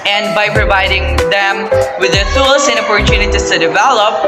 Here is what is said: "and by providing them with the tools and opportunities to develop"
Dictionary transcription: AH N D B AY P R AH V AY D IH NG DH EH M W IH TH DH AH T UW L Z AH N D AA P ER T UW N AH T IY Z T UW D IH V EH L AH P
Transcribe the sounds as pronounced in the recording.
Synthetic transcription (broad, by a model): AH N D B AY P R AH V AY D IH NG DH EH M W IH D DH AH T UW L S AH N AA P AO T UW N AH T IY S T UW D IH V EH L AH P